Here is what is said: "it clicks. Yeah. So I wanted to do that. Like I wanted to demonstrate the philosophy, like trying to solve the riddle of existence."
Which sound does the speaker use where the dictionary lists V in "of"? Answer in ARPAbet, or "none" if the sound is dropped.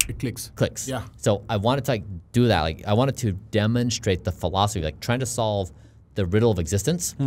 V